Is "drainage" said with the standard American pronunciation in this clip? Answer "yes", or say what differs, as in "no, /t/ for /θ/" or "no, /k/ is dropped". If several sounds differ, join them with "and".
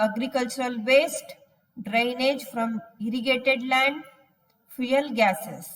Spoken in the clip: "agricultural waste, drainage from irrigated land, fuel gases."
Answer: yes